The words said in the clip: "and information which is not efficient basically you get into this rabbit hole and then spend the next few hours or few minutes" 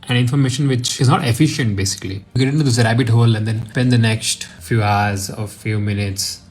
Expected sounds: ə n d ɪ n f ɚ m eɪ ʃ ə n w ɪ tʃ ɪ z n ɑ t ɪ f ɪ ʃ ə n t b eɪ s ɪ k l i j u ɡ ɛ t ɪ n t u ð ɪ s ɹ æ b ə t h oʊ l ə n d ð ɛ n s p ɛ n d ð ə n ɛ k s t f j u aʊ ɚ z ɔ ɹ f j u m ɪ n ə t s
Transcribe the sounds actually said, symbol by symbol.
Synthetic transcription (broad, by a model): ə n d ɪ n f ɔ m eɪ ʃ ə n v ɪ tʃ ɪ z n ɑ t ɪ f ɪ ʃ ə n t b eɪ s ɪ k i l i ɡ ɛ t ɪ n t u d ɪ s ɹ æ b ə t h oʊ l ə n d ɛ n p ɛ n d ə n ɛ k s t f j u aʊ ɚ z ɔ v f j u m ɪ n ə t s